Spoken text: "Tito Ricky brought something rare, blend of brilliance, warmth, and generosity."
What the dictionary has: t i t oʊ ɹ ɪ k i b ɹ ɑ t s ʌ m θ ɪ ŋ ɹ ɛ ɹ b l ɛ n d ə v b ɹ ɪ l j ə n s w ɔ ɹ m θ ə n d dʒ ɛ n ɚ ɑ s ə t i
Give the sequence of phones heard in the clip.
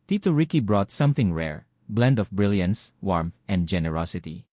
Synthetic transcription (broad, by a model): t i t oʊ ɹ ɪ k i b ɹ ɑ t s ʌ m θ ɪ ŋ ɹ ɛ ɹ b l ɛ n d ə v b ɹ ɪ l j ə n s w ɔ ɹ m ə n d dʒ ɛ n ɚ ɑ s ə t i